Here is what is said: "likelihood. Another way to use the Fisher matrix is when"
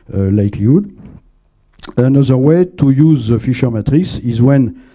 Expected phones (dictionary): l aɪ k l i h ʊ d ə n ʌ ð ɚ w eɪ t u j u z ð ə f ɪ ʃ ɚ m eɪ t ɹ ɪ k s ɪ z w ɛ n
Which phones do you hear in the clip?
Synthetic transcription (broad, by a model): l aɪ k l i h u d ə n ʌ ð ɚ w eɪ t u j u z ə f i ʃ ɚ m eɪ t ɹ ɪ s ɪ z w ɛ n